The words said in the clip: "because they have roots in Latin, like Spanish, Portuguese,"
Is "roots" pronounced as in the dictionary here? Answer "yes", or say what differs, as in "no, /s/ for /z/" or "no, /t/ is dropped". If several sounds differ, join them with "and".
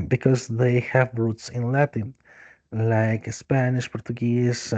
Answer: yes